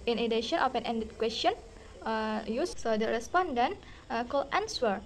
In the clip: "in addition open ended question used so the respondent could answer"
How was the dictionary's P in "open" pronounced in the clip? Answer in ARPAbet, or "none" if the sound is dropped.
F